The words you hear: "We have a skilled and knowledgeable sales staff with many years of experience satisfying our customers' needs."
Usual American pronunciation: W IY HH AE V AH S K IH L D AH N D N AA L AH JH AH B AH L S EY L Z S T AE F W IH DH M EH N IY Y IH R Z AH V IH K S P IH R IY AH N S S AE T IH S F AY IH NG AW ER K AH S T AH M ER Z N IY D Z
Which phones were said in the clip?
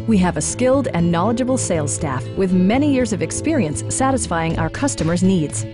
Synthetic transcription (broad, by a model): W IY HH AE V AH S K IH L D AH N N AA L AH JH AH B L S EY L S T AE F W IH DH M EH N IY Y IH R Z AH V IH K S P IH R IY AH N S S AE T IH S F AY IH NG AW ER K AH S T AH M ER Z N IY D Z